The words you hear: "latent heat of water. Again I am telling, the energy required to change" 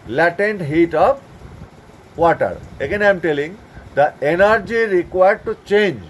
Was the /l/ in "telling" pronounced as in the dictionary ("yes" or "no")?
yes